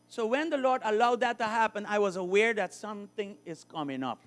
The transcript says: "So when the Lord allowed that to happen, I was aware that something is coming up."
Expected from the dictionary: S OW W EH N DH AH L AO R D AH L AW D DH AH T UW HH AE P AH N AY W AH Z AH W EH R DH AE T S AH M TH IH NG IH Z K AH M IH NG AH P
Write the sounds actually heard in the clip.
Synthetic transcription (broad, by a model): S OW W EH N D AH L AO R D AH L AW D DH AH T UW HH AE P AH N AY W AH Z AH W EH R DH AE T S AH M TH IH NG IH Z K AH M IH NG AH P